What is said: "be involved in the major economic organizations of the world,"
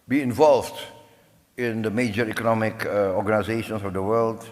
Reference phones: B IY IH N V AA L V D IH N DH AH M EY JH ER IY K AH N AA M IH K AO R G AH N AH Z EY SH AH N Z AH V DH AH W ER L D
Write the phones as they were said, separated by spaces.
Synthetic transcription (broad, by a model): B IY IH N V AA L V D IH N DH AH M EY JH ER IY K AH N AA M IH K AO R G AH N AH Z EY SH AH N S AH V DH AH W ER L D